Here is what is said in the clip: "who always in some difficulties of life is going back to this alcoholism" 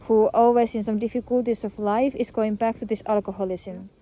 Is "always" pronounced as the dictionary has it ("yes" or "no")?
no